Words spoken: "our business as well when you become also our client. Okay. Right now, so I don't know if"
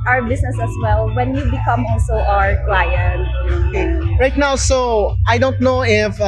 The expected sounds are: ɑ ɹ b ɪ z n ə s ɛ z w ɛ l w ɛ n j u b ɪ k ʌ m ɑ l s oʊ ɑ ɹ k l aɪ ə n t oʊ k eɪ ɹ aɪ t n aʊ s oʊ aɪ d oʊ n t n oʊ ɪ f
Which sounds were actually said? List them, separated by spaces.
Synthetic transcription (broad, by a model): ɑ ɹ b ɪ s n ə s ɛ s w ɛ l w ɛ n j u b ɪ k ʌ m ɑ l s oʊ ɑ ɹ k l aɪ ə n t oʊ k eɪ ɹ aɪ t n aʊ s oʊ aɪ d oʊ n t n oʊ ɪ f